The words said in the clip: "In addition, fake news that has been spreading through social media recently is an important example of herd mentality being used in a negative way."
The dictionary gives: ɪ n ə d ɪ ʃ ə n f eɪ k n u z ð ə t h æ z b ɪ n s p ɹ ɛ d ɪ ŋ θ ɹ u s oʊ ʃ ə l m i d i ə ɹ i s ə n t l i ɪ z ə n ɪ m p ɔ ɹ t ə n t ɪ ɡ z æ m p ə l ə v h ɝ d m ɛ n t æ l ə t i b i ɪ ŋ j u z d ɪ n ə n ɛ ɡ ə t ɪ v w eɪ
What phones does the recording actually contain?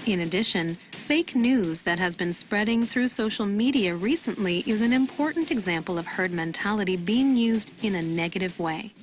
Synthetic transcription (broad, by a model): ɪ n ə d ɪ ʃ ə n f eɪ k n u z ð ə t h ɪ z b ɪ n s p ɹ ɛ d ɪ ŋ θ ɹ u s oʊ ʃ l m i d i ə ɹ i s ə n t l i ɪ z ə n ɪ m p ɔ ɹ t n t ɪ ɡ z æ m p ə l ə v h ɝ d m ɛ n t æ l ə t i b i ɪ ŋ j u z d ɪ n ə n ɛ ɡ ə t ɪ v w eɪ